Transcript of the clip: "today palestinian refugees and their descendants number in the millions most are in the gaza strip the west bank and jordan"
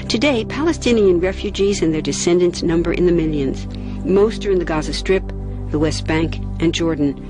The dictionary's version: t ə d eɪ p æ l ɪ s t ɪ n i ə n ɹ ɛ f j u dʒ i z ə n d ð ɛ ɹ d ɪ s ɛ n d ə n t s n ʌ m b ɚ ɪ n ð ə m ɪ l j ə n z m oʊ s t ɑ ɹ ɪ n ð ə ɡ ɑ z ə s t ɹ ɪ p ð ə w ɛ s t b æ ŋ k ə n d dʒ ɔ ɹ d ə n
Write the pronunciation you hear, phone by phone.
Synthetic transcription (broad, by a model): t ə d eɪ p æ l ɪ s t ɪ n i ə n ɹ ɛ f j u dʒ i z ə n ð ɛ ɹ d ɪ s ɛ n d ə n t s n ʌ m b ɚ ɪ n ð ə m ɪ l j ə n z m oʊ s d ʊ ɹ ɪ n ð ə ɡ ɑ z ə s t ɹ ɪ p ð ə w ɛ s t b æ ŋ k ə n dʒ ɔ ɹ d n